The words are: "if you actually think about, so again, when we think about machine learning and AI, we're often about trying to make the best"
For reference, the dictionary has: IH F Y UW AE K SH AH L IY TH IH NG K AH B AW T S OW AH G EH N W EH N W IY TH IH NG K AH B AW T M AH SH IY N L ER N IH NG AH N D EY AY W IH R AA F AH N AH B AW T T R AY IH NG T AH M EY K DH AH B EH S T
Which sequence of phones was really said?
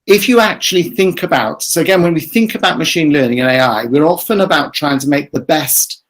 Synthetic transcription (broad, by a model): IH F Y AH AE K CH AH L IY TH IH NG K AH B AW T S OW AH G EH N W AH N W IY TH IH NG K AH B AW T M AH SH IY N L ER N IH NG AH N EY AY W IH R AA F AH N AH B AW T T R AY IH NG T AH M EY K DH AH B EH S T